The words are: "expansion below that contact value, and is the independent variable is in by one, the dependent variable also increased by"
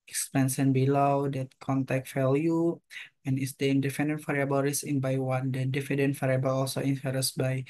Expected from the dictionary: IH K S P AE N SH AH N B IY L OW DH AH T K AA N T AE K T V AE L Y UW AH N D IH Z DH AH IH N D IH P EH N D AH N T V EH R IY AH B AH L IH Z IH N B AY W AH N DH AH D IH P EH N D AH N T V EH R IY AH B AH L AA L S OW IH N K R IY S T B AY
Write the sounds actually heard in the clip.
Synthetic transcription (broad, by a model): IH K S P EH N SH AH N B IY L OW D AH T K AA N T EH K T F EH L Y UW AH N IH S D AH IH N D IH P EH N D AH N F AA R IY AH B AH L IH S IH N B AY W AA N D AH D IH F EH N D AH N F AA R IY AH B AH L AA L S OW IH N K R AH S B AY